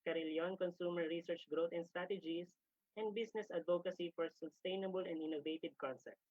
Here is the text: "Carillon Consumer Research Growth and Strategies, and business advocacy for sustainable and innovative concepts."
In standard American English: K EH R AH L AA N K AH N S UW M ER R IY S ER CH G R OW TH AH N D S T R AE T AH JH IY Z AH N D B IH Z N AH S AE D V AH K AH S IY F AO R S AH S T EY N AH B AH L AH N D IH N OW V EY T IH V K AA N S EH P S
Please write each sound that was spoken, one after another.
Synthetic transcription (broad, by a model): K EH R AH L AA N K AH N S UW M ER R IY S ER CH G R OW T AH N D S T R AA T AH JH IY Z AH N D B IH S N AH S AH D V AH K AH S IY F AO R S AH S T EY N AH B AH L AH N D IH N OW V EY T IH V K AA N S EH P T